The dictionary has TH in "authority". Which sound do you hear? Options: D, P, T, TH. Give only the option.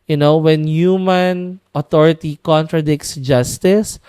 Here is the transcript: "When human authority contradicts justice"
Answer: T